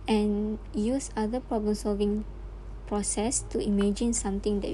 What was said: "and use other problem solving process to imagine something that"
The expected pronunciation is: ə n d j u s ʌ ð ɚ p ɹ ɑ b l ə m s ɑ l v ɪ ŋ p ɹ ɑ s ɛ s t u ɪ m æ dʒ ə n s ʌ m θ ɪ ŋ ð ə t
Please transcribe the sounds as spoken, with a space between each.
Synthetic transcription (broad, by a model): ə n j u s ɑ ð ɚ p ɹ ɑ b l ə m s ɑ l v ɪ ŋ p ɹ ɑ s ɛ s t u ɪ m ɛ dʒ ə n s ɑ m t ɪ ŋ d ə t